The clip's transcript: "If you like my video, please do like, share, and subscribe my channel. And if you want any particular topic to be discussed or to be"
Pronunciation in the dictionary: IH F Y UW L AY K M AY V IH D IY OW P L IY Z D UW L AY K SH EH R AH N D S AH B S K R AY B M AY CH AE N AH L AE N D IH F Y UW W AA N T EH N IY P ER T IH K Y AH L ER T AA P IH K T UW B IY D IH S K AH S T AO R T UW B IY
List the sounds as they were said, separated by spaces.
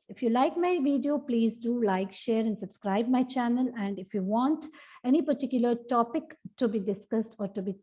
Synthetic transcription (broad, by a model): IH F Y UW L AY K M AY V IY D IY OW P L IY Z D UW L AY K SH EH R AH N D S AH B S K R AY B M AY CH AE N AH L AE N D IH F Y UW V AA N T EH N IY P ER T IH K Y AH L ER T AA P IH K T UW B IY D IH S K AH S T AO R T UW B IY